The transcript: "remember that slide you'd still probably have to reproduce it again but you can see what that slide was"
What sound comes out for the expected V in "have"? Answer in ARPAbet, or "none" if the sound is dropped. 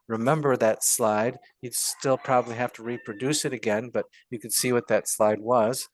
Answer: F